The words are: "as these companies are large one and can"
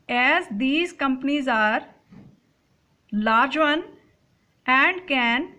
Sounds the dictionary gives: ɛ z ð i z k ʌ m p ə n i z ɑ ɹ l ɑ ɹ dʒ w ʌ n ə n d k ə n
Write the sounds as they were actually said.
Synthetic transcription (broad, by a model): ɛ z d i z k ʌ m p ə n i z ɑ ɹ l ɑ ɹ dʒ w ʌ n ə n d k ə n